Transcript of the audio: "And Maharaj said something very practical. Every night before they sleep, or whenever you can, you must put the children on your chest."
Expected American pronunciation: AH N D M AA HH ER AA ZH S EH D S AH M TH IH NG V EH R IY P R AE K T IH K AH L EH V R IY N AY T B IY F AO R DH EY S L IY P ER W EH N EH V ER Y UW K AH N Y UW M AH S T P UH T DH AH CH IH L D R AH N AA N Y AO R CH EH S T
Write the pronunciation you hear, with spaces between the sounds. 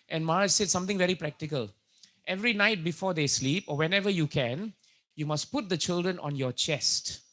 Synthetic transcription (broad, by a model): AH N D M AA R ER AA S EH D S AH M T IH NG V EH R IY P R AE K T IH K AH L EH V R IY N AY T B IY F AO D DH EY S L IY P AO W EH N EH V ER Y UW K AH N Y UW M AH S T P UH T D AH CH IH L D R AH N AA N Y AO CH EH S T